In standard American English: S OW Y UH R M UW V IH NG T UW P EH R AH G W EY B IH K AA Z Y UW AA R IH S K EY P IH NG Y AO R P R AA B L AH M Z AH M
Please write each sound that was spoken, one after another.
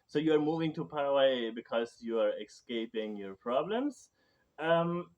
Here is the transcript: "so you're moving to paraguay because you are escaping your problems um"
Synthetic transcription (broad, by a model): S OW Y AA R M UW V IH NG T UW P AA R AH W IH B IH K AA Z Y UW AA R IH S K EY P IH NG Y AO R P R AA B L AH M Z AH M